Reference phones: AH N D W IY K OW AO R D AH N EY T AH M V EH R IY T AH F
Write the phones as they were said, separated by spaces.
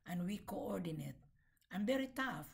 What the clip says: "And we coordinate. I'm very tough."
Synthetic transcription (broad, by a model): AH N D W IY K OW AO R D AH N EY T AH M B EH R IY T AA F